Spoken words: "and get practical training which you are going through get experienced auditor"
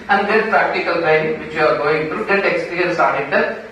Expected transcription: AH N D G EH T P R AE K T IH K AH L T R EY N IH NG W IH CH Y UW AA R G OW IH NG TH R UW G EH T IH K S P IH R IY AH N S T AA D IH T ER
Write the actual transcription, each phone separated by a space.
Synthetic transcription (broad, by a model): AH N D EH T P R AE K T IH K AH L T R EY IH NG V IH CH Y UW AA R G OW IH NG T R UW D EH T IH K S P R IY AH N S AA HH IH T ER